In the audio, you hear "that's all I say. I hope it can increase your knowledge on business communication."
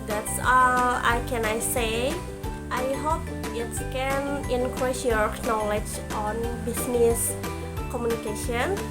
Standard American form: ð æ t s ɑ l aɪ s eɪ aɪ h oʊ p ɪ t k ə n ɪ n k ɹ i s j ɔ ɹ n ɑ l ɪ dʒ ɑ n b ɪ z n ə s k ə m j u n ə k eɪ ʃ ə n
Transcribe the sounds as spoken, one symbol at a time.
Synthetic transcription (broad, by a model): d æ t s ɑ n aɪ s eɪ aɪ h oʊ p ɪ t k ə n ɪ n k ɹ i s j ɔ ɹ n ɑ l ɪ dʒ ɑ n b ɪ s n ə s k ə m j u n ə k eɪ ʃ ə n